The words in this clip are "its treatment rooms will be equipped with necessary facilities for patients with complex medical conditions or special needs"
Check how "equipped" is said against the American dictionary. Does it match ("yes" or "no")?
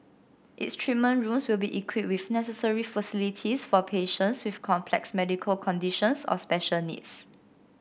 no